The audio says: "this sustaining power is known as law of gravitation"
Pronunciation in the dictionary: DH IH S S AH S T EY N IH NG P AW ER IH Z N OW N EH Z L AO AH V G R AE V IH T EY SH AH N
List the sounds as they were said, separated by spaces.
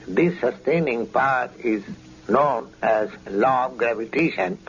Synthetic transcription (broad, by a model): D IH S S AH S T EY N IH NG P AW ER IH Z N OW N EH Z L AO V G R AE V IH T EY SH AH N